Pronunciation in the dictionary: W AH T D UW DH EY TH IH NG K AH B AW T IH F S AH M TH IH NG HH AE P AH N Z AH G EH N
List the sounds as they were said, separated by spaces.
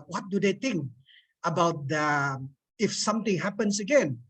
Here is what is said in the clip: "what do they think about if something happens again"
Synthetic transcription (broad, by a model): W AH T D UW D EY T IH NG K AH B AW T IH F S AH M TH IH NG HH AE P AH N S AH G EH N